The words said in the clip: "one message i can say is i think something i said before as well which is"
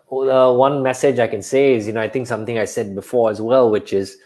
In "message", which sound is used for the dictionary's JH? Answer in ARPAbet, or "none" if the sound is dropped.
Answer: JH